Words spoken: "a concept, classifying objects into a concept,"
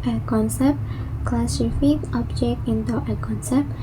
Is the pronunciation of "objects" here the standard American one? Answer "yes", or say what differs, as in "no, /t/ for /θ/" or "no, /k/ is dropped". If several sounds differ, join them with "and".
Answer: no, /s/ is dropped